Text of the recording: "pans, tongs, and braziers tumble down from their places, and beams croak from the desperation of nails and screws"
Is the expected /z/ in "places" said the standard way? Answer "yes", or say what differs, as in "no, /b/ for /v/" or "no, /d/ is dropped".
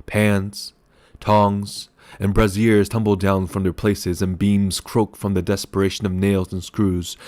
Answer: yes